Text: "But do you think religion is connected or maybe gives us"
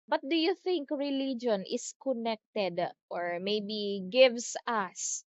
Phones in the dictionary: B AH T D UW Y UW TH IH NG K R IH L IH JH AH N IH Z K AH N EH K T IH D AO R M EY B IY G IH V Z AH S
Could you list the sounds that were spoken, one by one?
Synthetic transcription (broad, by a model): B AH T D UW Y UW TH IH NG K R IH L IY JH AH N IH S K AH N EH K T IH D AO R M EY B IY G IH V S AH S